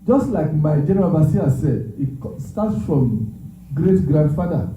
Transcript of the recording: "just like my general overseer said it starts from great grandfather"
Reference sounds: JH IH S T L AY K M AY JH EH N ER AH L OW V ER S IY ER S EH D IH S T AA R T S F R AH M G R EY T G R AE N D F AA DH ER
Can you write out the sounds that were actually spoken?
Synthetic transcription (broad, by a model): JH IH S T L AY K M AY JH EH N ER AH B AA S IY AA S EH D IH S T AA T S F R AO M G R EY T G R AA N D F AA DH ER